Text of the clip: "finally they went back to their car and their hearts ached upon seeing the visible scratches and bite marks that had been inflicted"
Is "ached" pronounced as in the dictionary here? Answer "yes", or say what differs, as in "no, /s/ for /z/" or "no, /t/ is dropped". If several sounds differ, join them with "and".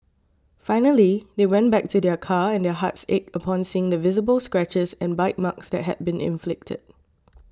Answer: no, /t/ is dropped